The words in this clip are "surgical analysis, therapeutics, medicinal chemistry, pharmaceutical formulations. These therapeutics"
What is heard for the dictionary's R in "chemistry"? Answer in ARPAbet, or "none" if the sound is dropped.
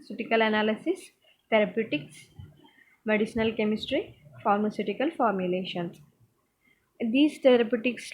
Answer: R